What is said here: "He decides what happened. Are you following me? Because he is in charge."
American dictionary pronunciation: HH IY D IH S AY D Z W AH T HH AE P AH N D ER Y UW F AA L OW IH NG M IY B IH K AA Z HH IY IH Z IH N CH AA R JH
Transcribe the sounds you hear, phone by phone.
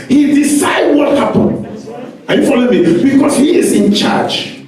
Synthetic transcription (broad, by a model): HH IY D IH S AY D W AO T HH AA P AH N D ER Y UW F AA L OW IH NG M IY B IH K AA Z HH IY IH Z IH N CH AA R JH